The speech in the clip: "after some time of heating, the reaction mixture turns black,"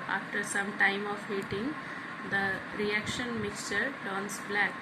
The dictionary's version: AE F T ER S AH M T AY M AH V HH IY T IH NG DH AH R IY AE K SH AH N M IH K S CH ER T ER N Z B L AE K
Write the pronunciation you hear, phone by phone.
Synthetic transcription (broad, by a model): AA F T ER S AH M T AY M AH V HH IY T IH NG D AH R IY AE K SH AH N M IH K S CH ER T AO N S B L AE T